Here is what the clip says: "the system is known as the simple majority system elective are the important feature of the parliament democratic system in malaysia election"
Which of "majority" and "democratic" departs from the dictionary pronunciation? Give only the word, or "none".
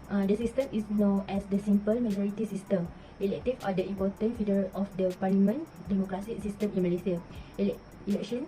democratic